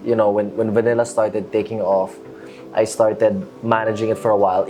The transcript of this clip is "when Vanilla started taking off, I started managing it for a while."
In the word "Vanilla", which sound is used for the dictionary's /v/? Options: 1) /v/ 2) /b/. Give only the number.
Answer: 1